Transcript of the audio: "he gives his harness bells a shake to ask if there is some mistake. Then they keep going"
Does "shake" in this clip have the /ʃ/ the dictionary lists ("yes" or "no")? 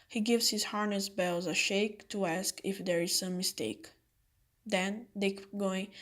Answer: yes